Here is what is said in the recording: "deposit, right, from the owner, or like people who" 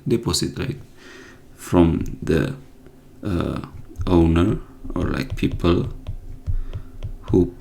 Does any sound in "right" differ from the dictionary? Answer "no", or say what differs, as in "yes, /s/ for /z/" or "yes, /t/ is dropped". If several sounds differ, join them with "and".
yes, /l/ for /ɹ/